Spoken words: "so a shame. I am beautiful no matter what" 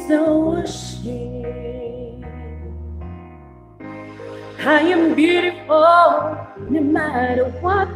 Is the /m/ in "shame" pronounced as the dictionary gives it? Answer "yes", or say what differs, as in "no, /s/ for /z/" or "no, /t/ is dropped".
no, /m/ is dropped